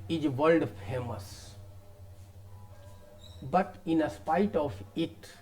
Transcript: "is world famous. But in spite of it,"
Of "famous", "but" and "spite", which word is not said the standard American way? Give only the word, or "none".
none